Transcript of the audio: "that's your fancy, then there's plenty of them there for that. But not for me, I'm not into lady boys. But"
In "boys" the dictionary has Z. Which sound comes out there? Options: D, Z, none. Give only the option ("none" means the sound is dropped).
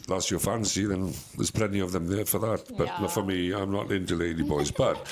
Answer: Z